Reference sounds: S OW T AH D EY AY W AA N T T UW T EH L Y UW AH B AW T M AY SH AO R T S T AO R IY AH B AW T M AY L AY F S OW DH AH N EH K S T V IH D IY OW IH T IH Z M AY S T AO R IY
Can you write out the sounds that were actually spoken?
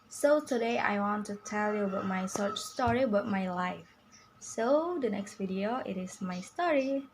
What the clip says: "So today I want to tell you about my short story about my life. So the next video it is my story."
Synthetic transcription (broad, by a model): S OW T AH D EY AY W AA N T T UW T EH L Y UW AH B AW T M AY S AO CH S T AO R IY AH B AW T M AY L AY F S OW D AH N EH K S T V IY D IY OW IH T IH S M AY S T AO R IY